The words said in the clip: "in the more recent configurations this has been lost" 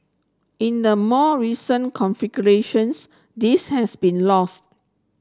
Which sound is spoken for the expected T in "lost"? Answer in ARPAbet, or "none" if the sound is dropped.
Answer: T